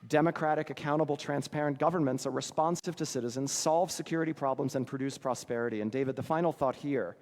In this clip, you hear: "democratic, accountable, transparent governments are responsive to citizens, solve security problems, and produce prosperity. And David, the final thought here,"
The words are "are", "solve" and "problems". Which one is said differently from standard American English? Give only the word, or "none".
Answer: none